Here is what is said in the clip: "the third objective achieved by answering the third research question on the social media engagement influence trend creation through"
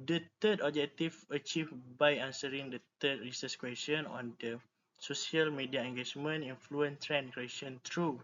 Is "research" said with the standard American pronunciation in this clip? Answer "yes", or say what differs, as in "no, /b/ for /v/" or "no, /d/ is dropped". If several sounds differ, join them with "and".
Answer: no, /s/ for /tʃ/